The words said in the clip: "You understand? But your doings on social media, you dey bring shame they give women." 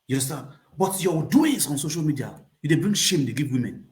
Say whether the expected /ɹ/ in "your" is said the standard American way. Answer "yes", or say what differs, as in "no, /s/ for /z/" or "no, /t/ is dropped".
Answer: no, /w/ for /ɹ/